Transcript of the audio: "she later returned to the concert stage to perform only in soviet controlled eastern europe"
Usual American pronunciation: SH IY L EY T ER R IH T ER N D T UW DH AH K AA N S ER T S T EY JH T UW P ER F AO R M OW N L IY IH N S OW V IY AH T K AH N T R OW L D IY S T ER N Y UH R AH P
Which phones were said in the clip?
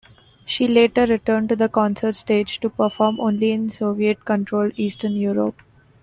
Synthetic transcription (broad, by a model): SH IY L EY T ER R IH T ER N D T UW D AH K AA N S ER T S T EY JH T UW P ER F AO R M OW N L IY IH N S OW V IY AH T K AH N T R OW L IY S T ER N Y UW R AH P